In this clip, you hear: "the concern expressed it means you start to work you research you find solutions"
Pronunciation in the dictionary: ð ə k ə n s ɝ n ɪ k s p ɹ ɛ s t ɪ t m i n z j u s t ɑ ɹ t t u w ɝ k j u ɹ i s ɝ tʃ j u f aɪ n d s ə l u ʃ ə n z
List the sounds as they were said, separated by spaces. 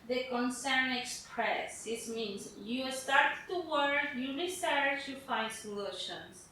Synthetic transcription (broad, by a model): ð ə k ə n s ɝ n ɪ k s p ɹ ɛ s ɪ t m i n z j u s t ɑ ɹ t t u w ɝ j u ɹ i s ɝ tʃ j u f aɪ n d s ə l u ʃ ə n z